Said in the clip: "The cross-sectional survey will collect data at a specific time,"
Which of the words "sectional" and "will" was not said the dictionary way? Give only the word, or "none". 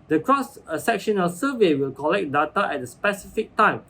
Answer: none